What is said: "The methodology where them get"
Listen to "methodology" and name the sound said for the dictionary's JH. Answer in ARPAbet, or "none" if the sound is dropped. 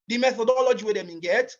JH